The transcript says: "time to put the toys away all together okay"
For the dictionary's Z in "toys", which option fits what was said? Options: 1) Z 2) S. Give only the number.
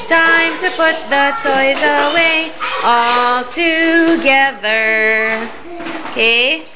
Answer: 1